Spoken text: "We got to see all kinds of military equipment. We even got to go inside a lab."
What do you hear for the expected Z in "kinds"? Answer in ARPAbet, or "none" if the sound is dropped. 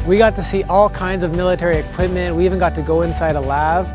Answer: Z